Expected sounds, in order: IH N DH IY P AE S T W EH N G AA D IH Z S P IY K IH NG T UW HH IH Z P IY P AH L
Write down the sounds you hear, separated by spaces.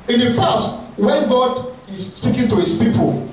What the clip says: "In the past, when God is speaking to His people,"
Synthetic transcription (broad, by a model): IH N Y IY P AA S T W EH N G AA D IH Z S P IY K IH NG T UW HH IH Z P IY P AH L